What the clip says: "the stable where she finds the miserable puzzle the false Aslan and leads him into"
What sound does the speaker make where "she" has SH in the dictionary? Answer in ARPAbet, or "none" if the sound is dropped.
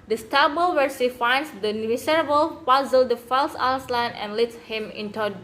S